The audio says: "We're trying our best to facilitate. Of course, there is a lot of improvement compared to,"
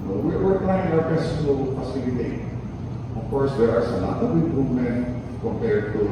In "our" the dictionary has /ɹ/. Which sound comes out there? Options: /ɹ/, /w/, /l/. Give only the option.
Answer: /w/